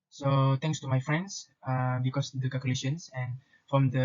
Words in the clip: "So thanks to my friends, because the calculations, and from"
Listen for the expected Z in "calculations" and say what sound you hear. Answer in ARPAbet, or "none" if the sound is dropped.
S